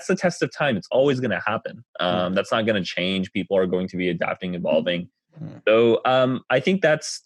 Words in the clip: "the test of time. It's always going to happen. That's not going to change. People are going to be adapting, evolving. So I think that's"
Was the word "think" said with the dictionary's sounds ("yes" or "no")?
yes